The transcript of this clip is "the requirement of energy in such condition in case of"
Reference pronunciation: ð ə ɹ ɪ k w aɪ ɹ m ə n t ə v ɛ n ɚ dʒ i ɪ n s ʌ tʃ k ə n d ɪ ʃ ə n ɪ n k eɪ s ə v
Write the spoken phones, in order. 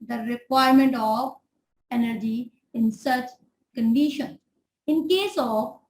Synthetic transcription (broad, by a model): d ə ɹ ɪ k w aɪ ɹ m ə n t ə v ɛ n ɚ dʒ i ɪ n s ʌ tʃ k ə n d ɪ ʃ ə n ɪ n k eɪ s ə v